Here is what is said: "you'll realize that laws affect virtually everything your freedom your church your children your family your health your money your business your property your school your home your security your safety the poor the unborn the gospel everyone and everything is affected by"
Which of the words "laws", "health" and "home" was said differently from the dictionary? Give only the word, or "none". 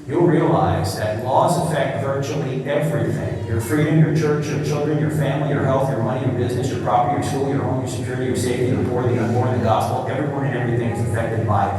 none